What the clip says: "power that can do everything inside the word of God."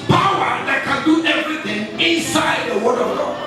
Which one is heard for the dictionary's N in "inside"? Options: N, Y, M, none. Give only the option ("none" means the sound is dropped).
N